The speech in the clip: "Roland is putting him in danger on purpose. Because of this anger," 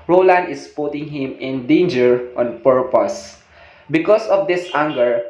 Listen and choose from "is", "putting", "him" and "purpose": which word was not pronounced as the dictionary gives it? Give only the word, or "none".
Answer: is